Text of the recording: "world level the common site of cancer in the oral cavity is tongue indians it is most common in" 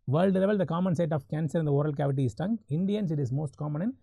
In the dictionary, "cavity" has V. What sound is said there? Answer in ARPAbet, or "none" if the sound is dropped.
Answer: V